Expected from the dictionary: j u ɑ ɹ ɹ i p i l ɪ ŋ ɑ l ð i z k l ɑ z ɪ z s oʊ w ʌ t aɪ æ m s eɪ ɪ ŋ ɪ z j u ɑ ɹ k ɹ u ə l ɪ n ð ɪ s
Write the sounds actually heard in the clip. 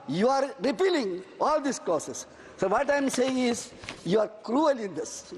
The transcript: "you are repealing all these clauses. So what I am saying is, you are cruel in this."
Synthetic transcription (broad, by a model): j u ɑ ɹ ɹ i p i l ɪ ŋ ɑ l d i s k ɑ s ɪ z s oʊ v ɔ t aɪ m s eɪ ɪ ŋ ɪ z j u ɑ ɹ k ɹ u ə l ɪ n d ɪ s